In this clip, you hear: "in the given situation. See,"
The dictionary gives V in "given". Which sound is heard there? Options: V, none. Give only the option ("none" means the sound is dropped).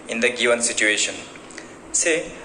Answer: none